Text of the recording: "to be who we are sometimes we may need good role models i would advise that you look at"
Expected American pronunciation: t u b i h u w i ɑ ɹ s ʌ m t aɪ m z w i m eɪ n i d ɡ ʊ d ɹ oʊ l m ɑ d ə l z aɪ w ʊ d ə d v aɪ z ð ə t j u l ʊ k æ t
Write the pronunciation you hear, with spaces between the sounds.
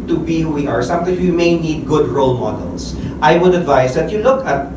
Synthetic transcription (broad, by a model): t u b i h u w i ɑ ɹ s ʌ m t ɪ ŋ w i m eɪ n i d ɡ ʊ d ɹ oʊ l m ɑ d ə l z aɪ w ʊ d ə d v aɪ s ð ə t j u l ʊ k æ t